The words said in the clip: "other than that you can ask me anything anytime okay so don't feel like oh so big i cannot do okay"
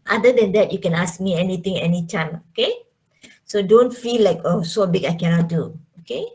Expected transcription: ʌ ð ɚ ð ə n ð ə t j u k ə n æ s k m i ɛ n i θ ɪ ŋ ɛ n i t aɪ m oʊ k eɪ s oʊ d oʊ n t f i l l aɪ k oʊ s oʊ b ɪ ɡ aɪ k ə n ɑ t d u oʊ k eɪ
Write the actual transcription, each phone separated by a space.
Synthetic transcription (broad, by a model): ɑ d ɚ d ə n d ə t j u k ə n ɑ s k m i ɛ n i t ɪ ŋ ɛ n i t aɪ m oʊ k eɪ s oʊ d oʊ n t f i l l aɪ k oʊ s oʊ b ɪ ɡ aɪ k ə n ɑ t d u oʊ k eɪ